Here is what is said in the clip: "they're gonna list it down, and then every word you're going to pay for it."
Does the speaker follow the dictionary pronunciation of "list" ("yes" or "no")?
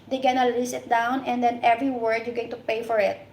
no